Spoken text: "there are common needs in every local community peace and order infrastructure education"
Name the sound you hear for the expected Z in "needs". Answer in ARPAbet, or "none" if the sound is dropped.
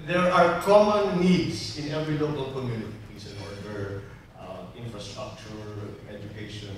S